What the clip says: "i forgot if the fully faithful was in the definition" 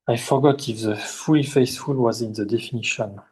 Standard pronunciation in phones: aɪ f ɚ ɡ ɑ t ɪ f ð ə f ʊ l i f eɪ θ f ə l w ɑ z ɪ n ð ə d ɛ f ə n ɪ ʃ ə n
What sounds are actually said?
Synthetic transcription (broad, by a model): aɪ f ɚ ɡ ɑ t ɪ f ð ə f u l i f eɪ s f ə l w ɑ z ɪ n ð ə d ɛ f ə n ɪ ʃ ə n